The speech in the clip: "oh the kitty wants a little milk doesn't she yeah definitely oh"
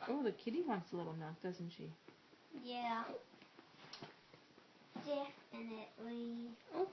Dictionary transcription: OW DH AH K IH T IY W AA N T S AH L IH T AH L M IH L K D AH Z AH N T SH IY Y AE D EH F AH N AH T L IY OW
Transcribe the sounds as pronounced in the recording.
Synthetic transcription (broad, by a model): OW DH AH K IH T IY W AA N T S AH L IH T L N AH K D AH Z N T SH IY Y AE D EH F AH N AH T L IY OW